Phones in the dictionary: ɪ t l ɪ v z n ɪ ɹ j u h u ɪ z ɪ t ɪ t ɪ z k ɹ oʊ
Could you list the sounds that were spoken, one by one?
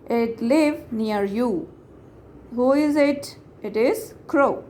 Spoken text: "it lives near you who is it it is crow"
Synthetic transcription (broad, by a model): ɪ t l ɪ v n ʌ ɹ j u h u ɪ z ɪ t ɪ t ɪ z k ɹ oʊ